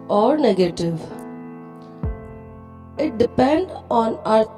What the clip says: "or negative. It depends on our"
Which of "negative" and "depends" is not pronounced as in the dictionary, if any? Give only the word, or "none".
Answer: depends